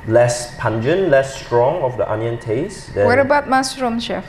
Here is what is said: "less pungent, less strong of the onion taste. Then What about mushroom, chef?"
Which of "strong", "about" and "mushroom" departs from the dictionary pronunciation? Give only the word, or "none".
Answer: mushroom